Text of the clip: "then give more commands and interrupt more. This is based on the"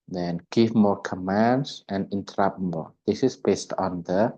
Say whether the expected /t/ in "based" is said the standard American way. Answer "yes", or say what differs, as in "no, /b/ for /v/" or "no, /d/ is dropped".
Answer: yes